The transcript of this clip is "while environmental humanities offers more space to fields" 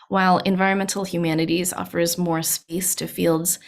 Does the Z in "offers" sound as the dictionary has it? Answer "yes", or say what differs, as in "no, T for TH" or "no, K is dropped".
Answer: yes